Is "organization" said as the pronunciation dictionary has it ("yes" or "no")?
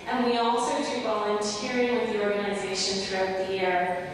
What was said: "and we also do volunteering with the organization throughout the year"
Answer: yes